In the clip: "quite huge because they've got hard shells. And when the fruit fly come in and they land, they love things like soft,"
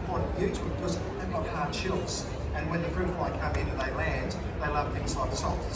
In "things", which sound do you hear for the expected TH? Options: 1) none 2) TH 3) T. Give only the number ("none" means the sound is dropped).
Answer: 2